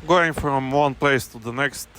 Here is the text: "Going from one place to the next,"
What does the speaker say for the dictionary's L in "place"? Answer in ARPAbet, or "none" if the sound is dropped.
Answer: L